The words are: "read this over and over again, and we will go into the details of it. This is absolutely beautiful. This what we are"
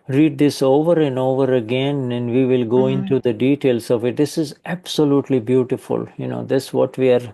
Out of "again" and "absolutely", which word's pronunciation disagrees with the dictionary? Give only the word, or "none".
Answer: none